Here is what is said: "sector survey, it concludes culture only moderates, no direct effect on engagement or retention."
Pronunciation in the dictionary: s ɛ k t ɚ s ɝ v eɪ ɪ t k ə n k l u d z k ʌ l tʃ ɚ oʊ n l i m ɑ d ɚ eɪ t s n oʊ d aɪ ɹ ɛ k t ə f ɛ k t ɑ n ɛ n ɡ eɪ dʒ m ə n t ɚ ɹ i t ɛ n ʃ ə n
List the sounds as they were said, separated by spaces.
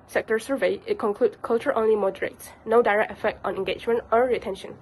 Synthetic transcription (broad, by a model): s ɛ k t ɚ s ɝ v eɪ ɪ t k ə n k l u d k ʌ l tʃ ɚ oʊ n l i m ɑ d ɚ eɪ t s n oʊ d aɪ ɹ ɛ k t ə f ɛ k t ɑ n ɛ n ɡ eɪ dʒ m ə n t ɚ ɹ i t ɛ n ʃ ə n